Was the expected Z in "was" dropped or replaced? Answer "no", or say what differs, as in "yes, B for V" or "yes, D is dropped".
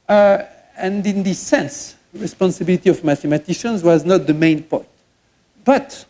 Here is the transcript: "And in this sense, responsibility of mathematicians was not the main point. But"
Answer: no